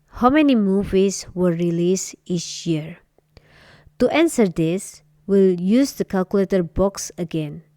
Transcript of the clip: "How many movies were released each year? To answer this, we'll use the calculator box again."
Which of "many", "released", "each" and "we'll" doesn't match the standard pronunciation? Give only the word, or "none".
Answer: each